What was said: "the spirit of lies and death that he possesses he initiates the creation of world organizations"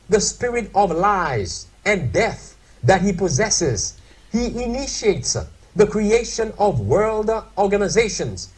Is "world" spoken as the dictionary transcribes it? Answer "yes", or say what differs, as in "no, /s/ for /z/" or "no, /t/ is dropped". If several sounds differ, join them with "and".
yes